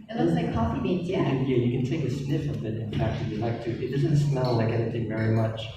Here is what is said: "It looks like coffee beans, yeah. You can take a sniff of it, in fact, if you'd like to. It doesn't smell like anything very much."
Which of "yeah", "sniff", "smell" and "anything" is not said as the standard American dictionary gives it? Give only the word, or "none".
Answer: none